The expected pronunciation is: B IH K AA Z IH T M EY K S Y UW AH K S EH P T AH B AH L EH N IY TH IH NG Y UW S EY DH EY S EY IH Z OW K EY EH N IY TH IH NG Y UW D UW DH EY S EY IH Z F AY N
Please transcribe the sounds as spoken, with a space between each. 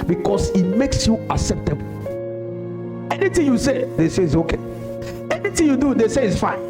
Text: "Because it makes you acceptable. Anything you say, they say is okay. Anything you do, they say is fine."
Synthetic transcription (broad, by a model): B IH K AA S IH T M EY K S Y UW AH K S EH P T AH B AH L EH N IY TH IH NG Y UW S EY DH EY S EY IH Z OW K EY EH N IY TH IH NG Y UW D UW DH EY S EY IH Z F AY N